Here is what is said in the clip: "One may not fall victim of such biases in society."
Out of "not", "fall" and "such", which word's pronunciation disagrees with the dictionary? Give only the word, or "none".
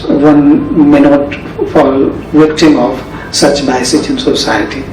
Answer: none